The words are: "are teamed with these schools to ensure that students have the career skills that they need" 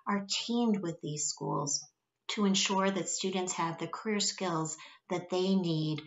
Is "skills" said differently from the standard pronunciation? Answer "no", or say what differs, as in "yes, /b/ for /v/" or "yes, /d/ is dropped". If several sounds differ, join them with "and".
no